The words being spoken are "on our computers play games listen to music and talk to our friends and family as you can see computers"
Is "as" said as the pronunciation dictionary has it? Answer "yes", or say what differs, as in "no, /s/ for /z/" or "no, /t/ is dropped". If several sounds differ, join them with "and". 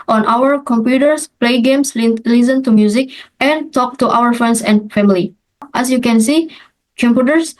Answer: no, /s/ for /z/